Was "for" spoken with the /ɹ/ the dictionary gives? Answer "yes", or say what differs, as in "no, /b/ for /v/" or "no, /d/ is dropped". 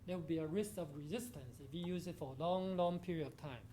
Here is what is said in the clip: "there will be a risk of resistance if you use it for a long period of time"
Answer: no, /l/ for /ɹ/